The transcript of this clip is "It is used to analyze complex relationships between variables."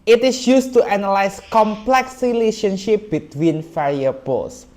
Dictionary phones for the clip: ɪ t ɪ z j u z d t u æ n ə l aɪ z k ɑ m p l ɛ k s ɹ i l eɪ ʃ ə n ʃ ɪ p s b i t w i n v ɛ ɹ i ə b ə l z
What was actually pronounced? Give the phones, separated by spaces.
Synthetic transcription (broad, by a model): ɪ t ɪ s j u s t u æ n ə l aɪ s k ɑ m p l ɛ k s ɹ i l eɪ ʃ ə n ʃ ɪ p b i t w i n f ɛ ɹ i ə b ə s